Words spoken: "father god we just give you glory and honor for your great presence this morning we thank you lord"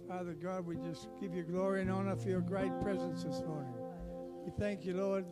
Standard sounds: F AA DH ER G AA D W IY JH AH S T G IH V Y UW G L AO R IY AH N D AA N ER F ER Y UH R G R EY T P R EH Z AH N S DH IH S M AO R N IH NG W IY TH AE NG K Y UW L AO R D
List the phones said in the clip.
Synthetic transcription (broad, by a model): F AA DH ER G AA D W IY JH AH S G IH V Y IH G L AO R IY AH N AA N ER F ER Y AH R G R EY T P R EH Z AH N S DH IH S M AO R N IH NG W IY TH AE NG K Y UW L AO R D